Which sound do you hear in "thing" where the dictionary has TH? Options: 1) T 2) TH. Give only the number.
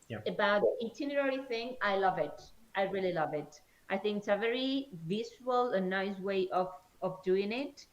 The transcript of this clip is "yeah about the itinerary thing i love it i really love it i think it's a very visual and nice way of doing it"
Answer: 2